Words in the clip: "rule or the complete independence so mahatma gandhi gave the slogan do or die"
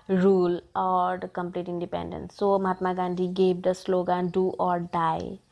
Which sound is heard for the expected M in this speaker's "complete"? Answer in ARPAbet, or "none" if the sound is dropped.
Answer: M